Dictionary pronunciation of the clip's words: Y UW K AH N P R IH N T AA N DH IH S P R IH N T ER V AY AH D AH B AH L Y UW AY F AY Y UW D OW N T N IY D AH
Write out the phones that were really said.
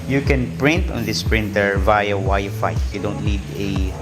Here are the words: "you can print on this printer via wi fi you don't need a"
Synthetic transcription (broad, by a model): Y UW K AH N P R IH N T AA N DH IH S P R IH N T ER V AY AH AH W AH Y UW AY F AY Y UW D OW N T N IY D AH